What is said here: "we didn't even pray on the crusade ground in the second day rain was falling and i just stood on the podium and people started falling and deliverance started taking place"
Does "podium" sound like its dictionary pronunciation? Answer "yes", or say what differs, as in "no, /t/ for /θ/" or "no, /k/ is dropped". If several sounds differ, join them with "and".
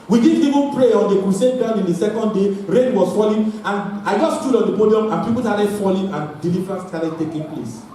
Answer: yes